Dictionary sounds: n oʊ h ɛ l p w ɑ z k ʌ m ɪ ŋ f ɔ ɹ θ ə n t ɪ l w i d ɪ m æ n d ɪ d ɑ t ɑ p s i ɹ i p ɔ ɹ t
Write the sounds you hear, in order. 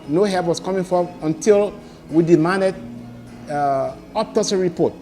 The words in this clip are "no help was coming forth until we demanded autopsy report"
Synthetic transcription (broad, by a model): n oʊ h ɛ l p w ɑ s k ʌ m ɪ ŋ f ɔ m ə n t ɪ l w i d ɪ m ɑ n d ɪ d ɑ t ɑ s ɹ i p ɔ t